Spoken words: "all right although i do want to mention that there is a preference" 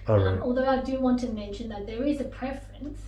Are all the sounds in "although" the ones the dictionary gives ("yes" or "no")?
yes